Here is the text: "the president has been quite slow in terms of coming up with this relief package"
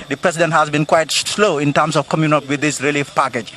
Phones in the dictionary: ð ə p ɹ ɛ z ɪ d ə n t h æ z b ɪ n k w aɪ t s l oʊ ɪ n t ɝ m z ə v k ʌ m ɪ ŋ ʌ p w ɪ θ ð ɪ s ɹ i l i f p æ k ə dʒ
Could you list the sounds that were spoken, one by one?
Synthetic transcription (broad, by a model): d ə p ɹ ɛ s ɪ d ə n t h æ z b ɪ n k w aɪ t s l oʊ ɪ n t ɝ m s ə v k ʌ m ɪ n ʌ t w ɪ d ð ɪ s ɹ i l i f p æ k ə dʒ